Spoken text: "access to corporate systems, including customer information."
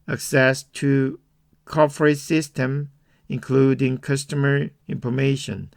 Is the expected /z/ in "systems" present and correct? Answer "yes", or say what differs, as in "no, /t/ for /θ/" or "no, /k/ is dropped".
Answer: no, /z/ is dropped